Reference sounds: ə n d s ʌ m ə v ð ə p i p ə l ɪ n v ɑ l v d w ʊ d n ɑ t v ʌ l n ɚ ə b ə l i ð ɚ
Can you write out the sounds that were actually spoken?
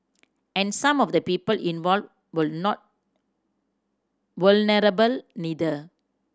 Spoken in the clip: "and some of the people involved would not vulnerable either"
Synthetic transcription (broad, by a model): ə n s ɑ m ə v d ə p i p ə l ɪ n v ɑ l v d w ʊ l n ɑ t w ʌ l n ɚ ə b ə l i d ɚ